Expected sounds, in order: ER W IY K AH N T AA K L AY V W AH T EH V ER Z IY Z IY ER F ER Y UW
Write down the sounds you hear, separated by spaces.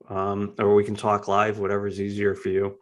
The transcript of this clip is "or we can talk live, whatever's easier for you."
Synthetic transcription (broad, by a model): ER W IY K N T AA K L AY V W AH T EH V ER Z IY Z IY ER F ER Y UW